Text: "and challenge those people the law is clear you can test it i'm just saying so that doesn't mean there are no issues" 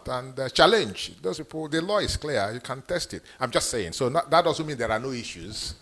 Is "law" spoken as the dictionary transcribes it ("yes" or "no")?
yes